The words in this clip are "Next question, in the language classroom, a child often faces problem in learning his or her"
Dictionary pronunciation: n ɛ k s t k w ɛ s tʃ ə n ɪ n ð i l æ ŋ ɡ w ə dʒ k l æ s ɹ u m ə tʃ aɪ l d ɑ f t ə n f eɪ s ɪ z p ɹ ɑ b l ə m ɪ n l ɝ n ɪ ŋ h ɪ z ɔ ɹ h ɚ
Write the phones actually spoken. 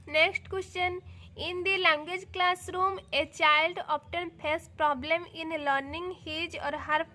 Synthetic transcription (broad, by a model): n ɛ k s t k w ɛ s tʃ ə n ɪ n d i l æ ŋ ɡ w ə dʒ k l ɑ s ɹ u m ə tʃ aɪ l d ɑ p t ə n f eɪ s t p ɹ ɑ b l ə m ɪ n l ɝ n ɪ ŋ h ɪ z ɔ ɹ h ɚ